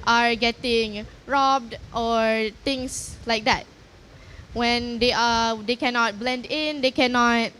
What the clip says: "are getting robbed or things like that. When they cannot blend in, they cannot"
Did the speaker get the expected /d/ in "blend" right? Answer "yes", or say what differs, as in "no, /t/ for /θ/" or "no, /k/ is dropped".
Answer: yes